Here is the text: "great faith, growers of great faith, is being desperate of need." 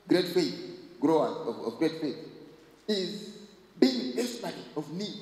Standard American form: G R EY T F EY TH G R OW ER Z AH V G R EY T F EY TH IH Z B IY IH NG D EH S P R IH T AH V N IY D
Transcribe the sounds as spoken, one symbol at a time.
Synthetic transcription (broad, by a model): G R EY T F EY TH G R OW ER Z AH V G R EY T F EY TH IH Z B IY IH NG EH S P IH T AH V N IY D